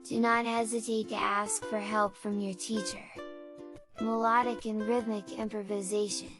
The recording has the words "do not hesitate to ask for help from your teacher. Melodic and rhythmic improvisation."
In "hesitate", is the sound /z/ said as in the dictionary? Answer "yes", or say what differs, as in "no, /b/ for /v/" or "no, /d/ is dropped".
yes